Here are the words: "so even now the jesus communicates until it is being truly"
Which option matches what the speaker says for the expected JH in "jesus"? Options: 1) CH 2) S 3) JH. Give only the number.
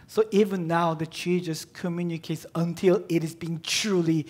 1